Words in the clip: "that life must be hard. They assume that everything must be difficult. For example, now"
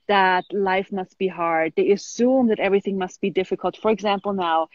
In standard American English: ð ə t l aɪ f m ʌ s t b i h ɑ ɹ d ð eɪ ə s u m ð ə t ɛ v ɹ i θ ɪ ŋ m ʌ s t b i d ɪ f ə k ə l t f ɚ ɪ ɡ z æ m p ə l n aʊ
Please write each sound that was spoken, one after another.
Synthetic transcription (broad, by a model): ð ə t l aɪ f m ʌ s t b i h ɑ ɹ d ð eɪ ə s u m ð ə t ɛ v ɹ i θ ɪ ŋ m ʌ s t b i d ɪ f ə k ə l t f ɚ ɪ ɡ z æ m p l n aʊ